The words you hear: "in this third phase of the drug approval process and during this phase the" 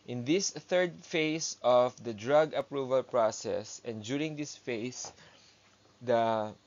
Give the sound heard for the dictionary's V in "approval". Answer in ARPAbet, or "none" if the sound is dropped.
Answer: V